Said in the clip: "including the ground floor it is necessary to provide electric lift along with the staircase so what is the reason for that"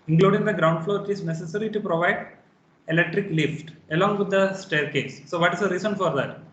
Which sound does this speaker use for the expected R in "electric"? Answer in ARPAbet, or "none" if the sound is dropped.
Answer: R